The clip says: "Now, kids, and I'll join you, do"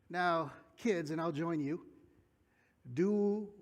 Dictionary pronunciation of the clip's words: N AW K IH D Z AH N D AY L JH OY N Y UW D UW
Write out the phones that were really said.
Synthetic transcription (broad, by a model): N AW K IH D Z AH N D AY L JH OY N Y UW D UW